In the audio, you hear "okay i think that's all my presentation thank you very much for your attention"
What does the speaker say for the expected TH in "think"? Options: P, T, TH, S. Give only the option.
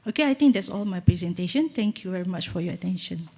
T